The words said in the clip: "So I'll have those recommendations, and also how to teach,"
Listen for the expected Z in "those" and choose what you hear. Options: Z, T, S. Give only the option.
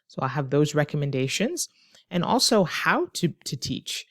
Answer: Z